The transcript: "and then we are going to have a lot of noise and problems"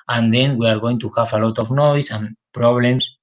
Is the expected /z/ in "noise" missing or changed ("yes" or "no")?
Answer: yes